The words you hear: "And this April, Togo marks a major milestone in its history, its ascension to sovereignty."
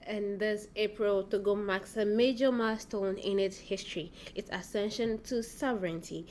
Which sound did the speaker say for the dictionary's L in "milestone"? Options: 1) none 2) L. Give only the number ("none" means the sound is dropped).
1